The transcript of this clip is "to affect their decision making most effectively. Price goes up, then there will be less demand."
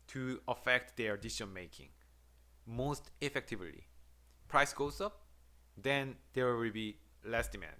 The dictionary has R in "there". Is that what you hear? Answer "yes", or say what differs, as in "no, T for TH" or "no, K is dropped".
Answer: no, W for R